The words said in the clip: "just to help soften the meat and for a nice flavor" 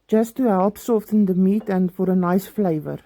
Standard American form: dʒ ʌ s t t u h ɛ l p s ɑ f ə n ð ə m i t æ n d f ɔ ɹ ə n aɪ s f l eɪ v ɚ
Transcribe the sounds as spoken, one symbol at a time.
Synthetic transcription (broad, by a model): dʒ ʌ s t t u h ɛ l p s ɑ f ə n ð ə m i t æ n d f ɔ ɹ ə n aɪ s f l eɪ v ɚ